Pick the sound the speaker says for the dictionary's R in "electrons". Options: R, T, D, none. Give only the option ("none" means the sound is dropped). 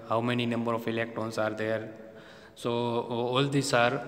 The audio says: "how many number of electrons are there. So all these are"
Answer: none